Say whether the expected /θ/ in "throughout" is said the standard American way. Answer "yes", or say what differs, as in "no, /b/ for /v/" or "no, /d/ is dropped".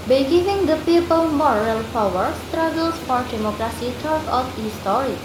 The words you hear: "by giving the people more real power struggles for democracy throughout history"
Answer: no, /t/ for /θ/